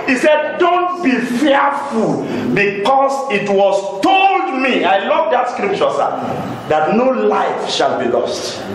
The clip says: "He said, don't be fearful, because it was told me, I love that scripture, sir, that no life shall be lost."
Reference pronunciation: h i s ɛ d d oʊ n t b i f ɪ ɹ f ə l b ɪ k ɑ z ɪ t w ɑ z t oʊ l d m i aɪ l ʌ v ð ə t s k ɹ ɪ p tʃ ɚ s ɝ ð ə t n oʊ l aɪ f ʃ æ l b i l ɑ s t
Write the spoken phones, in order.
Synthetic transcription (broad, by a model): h i s ɛ d d oʊ n t b i f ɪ f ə l b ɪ k ɑ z ɪ t w ɑ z t oʊ l d m i aɪ l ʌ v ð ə t s k ɹ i p tʃ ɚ s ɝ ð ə t n oʊ l aɪ f ʃ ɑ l b i l ɑ s t